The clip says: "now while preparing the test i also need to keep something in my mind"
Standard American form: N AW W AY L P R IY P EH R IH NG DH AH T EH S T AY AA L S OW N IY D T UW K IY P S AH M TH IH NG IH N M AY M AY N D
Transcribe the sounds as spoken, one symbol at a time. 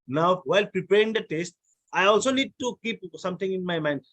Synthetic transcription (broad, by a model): N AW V AY L P R IY P EH R IH NG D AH T EH S T AY AA L S OW N IY D T UW K IY P S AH M T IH NG IH N M AY M AY N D